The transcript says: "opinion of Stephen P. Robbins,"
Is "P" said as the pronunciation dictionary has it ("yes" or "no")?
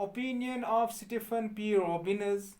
yes